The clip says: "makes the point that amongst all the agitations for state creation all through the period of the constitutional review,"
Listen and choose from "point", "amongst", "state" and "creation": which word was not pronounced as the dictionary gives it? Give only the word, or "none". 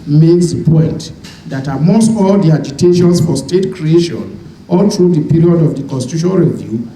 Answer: amongst